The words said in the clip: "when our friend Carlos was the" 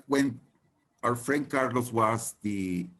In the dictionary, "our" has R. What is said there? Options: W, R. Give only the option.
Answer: W